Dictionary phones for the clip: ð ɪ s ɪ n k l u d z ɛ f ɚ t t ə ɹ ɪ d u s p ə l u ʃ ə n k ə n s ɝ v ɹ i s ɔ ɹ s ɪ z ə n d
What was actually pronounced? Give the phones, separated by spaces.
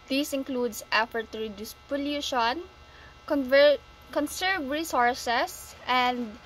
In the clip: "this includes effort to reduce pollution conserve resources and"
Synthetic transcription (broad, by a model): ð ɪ s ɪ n k l u d s ɛ f ɚ t t ə ɹ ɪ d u s p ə l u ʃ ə n k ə n s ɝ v ɹ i s ɔ ɹ s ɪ s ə n d